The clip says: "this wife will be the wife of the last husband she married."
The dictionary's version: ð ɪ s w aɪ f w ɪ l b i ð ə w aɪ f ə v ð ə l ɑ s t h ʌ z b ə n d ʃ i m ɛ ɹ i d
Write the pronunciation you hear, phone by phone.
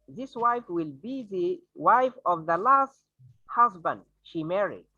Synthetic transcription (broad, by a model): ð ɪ s w aɪ f w ɪ l b i ð ə w aɪ f ə v ð ə l ɑ s t h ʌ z b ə n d ʃ i m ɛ ɹ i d